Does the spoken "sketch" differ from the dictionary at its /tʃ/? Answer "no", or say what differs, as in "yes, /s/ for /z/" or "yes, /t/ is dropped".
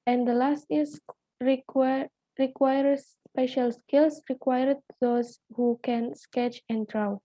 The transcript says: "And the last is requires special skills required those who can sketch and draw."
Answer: no